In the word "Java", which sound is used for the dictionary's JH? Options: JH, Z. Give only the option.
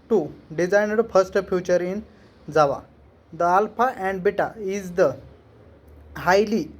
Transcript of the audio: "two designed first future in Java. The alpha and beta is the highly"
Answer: Z